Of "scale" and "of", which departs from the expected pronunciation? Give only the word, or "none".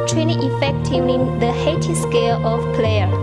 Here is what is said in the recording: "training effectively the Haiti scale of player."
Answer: of